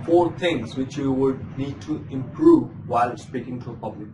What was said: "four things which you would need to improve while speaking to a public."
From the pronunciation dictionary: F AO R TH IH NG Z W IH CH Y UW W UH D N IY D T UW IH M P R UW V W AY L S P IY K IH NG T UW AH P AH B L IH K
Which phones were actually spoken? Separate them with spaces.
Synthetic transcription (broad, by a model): F AO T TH IH NG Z W IH CH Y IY W UH D N IY D T UW IH M P R UW V W AY L S P IY K IH NG T UW AH P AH B L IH K